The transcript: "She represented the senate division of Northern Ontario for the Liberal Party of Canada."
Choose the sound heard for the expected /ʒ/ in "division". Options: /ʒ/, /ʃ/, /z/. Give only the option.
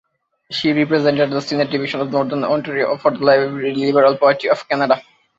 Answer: /ʃ/